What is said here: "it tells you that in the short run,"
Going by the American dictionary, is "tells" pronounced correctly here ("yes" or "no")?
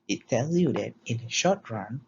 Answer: no